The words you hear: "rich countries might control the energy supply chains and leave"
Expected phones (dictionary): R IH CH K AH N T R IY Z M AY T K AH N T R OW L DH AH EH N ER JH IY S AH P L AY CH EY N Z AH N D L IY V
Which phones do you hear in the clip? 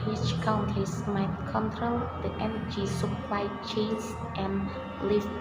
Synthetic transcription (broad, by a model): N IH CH K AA N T IY S M AY T K AH N T R OW L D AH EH N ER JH IY S AH P L AY CH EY N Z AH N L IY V